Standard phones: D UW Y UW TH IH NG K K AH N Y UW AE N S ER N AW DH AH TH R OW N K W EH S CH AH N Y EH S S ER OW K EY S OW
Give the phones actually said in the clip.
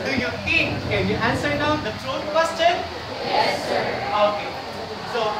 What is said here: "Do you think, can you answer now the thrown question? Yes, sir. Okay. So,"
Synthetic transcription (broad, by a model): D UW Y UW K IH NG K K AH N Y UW AE N S ER N AW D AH T R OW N K W EH S CH AH N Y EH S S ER OW K EY S OW